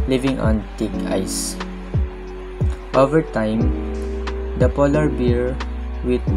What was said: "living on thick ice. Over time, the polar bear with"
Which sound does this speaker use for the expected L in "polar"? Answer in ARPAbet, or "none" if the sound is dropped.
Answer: L